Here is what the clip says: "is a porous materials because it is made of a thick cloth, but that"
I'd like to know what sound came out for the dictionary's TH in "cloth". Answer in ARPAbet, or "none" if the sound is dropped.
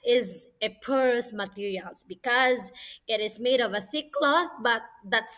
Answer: TH